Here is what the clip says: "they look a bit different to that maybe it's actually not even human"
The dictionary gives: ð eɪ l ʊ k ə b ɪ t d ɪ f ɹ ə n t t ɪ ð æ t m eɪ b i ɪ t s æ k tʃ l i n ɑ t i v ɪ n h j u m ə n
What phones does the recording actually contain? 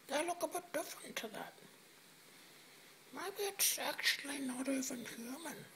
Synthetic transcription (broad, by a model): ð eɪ l ʊ k ə b ɪ t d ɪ f ɹ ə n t t ɪ ð æ t m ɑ i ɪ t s æ k tʃ l i n ɑ t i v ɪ n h j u m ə n